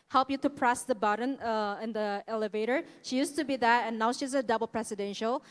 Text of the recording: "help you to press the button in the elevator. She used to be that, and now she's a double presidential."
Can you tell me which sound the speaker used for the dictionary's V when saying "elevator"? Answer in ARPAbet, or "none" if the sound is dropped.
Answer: V